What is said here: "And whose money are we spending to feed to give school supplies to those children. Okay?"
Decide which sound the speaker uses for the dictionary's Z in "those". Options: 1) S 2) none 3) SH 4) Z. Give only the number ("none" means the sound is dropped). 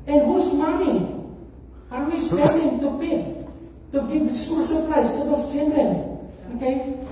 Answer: 2